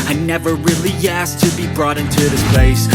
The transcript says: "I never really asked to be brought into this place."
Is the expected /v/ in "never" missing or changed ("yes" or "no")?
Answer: no